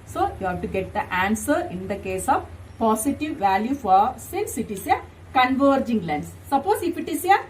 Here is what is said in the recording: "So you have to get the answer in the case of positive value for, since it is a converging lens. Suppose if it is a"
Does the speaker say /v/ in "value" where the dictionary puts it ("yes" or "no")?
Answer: yes